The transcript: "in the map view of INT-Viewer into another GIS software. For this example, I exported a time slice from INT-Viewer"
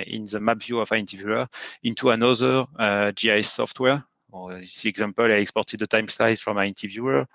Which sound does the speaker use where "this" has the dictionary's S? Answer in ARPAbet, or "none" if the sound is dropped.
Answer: none